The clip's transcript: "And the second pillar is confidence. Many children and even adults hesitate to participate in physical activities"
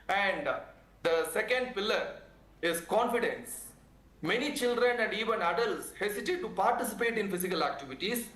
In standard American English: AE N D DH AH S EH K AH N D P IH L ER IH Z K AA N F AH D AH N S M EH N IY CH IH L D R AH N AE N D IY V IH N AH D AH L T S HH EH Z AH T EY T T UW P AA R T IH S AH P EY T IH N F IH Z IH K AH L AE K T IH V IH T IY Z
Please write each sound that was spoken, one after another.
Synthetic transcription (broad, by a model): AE N D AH S EH K AH N D P IH L ER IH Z K AA N F AH D AH N S M EH N IY CH IH L D R AH N AE N D IY V IH N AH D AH L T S HH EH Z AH T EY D T UW P AA R T IH S AH P EY T IH N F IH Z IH K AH L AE K T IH V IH T IY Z